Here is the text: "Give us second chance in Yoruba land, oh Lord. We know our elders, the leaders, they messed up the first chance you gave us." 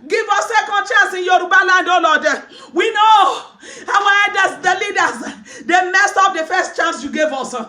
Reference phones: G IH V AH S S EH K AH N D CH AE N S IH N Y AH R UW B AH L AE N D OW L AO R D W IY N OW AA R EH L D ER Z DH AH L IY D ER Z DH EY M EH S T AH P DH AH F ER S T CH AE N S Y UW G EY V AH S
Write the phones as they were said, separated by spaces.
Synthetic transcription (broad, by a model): G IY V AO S S EH K AH N D CH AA N S IH N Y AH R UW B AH L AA N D OW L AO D W IY N OW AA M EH D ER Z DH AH L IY D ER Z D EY M EH S T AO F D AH F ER S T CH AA N S Y UW G EY V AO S